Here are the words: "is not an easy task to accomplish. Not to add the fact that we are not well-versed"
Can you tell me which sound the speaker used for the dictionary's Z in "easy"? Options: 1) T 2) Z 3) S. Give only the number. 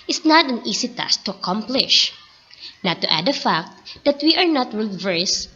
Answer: 3